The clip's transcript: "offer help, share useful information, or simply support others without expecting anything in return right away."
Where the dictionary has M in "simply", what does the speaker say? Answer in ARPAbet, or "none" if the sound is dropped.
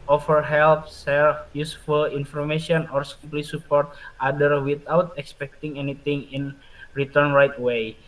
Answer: none